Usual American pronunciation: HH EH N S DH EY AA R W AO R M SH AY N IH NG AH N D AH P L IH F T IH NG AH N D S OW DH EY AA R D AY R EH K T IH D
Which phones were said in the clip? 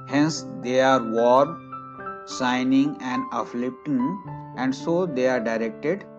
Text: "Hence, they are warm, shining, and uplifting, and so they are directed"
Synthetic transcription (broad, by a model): HH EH N S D EY AA R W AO R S AY N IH NG AH N D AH F L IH P T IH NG AH N D S OW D EY AA R D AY R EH K T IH D